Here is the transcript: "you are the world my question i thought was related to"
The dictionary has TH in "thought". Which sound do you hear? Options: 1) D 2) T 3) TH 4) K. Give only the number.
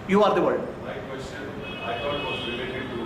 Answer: 2